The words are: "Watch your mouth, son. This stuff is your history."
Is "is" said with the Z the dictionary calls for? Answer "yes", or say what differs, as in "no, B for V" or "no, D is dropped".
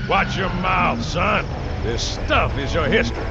yes